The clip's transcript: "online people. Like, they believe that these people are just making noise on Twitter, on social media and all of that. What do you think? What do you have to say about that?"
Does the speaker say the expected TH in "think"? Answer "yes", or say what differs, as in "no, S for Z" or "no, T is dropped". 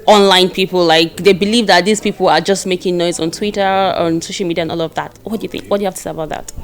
yes